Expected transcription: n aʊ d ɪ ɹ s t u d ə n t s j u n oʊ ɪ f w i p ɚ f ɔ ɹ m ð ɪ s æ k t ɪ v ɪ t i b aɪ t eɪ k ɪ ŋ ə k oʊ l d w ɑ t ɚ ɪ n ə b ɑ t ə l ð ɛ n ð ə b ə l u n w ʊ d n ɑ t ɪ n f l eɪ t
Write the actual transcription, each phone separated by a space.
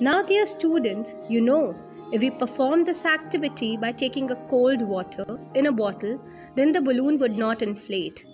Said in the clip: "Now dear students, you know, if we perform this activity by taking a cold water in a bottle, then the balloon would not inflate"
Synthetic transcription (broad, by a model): n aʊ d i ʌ s t u d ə n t s j u n oʊ ɪ f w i p ɚ f ɔ ɹ m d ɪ s æ k t ɪ v ɪ t i b aɪ t eɪ k ɪ ŋ ə k oʊ l d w ɑ t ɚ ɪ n ə b ɑ t ə l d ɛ n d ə b ə l u n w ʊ d n ɑ t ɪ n f l eɪ t